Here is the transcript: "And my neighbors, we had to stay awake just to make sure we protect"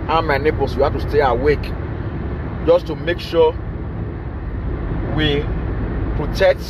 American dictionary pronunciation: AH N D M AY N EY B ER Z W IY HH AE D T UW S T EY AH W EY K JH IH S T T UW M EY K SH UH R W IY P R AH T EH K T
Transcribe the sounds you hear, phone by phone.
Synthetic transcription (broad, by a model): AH M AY N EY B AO S W IY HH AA T UW S T EY AH W EY K JH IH S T T UW M EY K SH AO W IY P R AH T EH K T